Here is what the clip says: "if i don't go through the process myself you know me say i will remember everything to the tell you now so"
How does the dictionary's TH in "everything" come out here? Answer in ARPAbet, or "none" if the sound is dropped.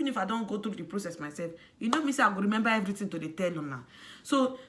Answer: T